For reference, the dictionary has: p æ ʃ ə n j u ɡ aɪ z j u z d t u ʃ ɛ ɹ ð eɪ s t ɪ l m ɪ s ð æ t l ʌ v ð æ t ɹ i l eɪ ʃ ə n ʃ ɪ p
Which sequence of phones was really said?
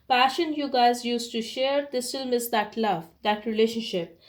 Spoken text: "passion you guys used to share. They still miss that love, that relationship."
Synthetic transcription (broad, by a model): p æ ʃ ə n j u ɡ aɪ z j u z t u ʃ ɛ ɹ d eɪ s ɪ l m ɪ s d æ t l ʌ v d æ t ɹ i l eɪ ʃ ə n ʃ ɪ p